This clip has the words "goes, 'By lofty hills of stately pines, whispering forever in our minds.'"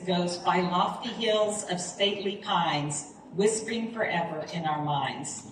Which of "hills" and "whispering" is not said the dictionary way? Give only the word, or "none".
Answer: none